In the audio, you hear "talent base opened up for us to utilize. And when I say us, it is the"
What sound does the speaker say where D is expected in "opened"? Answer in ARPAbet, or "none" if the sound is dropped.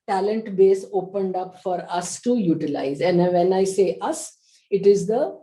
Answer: D